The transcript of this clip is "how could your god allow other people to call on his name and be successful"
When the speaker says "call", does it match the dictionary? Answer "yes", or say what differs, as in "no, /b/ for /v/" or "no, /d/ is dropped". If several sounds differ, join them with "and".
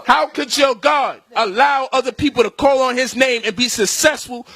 yes